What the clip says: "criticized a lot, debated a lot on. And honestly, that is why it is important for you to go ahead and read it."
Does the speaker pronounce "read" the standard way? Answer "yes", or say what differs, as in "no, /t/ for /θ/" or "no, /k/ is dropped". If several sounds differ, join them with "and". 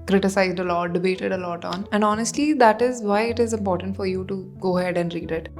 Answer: yes